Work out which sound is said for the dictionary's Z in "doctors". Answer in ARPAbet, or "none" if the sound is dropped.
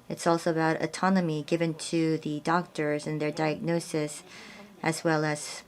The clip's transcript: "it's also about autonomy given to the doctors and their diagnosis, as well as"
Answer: Z